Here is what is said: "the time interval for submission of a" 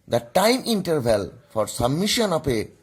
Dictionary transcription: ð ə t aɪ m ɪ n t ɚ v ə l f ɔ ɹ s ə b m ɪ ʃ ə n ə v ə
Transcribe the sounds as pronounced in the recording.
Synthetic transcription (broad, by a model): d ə t aɪ m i n t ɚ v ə l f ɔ ɹ s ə b m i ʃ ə n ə p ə